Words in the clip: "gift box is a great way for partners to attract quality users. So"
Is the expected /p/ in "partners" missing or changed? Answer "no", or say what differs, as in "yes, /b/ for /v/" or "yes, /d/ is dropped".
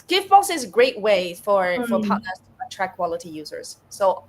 yes, /f/ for /p/